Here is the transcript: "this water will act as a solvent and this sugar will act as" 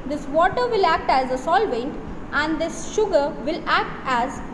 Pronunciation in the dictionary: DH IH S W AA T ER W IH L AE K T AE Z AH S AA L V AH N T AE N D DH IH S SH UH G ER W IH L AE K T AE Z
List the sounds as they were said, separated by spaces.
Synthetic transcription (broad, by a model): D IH S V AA T ER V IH L AE K T AE Z AH S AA L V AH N T AE N D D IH S SH UH G ER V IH L AE K T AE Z